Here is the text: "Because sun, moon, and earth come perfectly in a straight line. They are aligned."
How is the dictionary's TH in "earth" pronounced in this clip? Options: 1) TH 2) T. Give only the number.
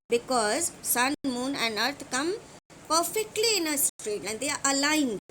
2